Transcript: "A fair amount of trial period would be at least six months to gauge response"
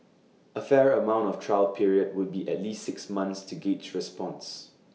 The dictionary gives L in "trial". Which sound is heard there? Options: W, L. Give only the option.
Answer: L